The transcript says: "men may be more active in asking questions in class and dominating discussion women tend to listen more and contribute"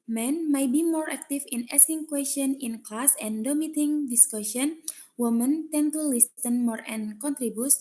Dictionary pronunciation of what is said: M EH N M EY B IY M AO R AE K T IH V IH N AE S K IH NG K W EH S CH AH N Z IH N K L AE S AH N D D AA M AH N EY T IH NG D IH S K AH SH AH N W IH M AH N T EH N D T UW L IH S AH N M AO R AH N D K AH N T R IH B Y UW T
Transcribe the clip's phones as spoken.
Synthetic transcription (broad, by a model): M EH N M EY B IY M AO R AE K T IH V IH N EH S IH NG K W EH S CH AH N IH N K L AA S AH N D D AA M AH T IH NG D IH S K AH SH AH N W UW M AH N T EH N T UW L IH S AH N M AO R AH N K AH N T R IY B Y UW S